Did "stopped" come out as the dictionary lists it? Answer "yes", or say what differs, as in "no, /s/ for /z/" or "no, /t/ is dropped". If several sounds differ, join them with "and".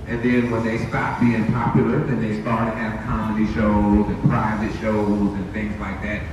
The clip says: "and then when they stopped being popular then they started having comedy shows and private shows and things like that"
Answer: no, /p/ is dropped